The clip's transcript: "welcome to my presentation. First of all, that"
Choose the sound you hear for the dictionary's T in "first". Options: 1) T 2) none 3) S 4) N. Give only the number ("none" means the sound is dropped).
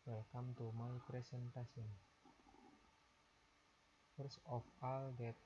2